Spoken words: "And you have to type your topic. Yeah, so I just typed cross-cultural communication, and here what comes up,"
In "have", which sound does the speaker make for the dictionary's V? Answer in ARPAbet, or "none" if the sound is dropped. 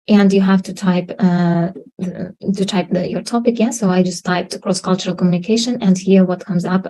P